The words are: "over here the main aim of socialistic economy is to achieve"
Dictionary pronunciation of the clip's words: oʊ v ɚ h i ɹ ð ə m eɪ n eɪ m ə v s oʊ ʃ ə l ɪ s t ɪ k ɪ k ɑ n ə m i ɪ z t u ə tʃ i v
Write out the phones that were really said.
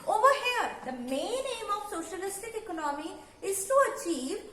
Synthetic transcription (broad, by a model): oʊ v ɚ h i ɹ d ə m eɪ n eɪ m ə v s oʊ ʃ ə l ɪ s t ɪ k ɪ k ɑ n ə m i ɪ z t u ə tʃ i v